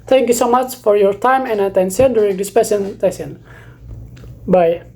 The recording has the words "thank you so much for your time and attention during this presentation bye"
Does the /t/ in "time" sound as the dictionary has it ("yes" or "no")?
yes